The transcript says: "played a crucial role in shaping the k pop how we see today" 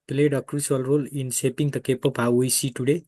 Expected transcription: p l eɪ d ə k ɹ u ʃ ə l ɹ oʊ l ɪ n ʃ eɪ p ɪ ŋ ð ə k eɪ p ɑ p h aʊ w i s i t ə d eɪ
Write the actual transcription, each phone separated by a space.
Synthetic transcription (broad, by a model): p l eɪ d ə k ɹ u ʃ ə l ɹ oʊ l ɪ n s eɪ p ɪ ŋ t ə k eɪ p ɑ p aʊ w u s i t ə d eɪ